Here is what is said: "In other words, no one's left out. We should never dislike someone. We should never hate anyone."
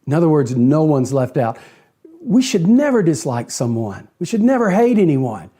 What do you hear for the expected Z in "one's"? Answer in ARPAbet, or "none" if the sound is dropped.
Z